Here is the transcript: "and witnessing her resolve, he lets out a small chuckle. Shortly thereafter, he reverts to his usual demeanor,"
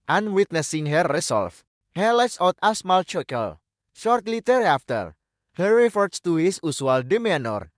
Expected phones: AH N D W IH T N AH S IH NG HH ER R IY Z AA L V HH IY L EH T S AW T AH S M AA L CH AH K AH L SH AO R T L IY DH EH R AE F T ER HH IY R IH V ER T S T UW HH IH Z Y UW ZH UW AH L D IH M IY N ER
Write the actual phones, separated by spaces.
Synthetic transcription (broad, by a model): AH N W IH T N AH S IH NG HH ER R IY S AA L F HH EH L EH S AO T AH S M AA L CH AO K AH L SH AO R T L IY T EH R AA F T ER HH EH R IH F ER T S T UW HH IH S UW S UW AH L D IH M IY N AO